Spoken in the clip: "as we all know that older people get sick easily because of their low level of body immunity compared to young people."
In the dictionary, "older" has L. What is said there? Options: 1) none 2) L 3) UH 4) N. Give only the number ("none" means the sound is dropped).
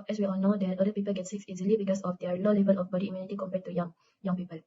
1